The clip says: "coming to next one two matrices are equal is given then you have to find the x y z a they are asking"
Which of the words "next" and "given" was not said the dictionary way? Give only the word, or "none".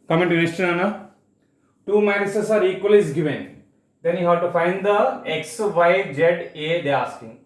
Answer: next